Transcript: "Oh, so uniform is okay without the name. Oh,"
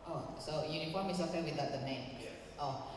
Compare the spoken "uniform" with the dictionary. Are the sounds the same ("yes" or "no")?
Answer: yes